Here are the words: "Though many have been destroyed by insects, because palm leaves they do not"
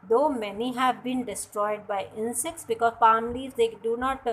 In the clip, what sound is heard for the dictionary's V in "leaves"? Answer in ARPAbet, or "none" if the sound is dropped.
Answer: none